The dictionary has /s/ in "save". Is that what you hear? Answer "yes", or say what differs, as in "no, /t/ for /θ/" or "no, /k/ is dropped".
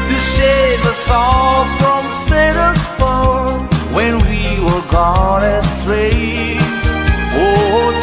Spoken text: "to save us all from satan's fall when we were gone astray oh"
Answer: no, /ʃ/ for /s/